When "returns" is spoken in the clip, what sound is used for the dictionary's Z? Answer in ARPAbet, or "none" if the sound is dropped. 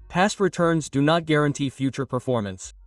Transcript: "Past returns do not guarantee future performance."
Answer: Z